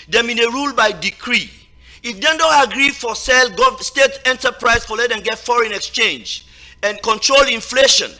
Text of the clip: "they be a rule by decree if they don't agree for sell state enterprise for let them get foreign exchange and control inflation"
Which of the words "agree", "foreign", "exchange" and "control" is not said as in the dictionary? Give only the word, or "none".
none